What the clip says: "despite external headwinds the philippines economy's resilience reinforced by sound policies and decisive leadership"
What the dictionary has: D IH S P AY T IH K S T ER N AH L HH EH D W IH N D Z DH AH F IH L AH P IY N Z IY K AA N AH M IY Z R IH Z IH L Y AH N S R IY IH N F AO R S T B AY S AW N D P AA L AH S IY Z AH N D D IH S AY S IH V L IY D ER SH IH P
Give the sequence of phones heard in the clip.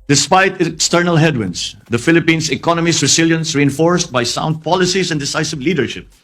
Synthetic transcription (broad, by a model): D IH S P AY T IH K S T ER N AH L HH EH D W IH N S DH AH F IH L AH P IY N S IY K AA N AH M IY S R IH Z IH L Y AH N S R IY IH N F AO R S T B AY S AW N D P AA L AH S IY S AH N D D IH S AY S IH V L IY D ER SH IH P